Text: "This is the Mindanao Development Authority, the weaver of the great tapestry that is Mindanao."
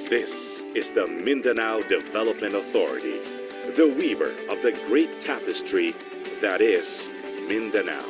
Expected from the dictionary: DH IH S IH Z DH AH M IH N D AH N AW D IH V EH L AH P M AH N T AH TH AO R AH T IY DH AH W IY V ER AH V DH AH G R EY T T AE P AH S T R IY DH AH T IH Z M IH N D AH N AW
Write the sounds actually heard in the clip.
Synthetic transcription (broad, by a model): DH IH S IH Z DH AH M IH N D AH N AW D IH V EH L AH P M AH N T AH TH AO R AH T IY DH AH W IY V ER AH V DH AH G R EY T T AE P AH S T R IY DH AH T IH Z M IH N D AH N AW